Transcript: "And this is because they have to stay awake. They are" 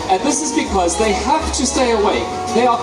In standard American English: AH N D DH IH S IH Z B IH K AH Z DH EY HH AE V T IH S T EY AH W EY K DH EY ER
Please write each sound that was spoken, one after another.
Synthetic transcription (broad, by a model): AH N DH IH S IH Z B IH K AH Z DH EY HH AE F T IH S T EY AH W EY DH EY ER